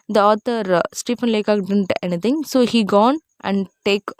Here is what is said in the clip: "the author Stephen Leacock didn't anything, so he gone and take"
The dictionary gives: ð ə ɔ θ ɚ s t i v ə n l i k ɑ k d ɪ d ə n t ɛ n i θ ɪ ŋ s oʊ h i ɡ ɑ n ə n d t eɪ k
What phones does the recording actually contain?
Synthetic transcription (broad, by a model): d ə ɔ t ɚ s t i p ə n l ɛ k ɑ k d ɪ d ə n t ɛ n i t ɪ ŋ s oʊ h i ɡ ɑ n ə n d t eɪ k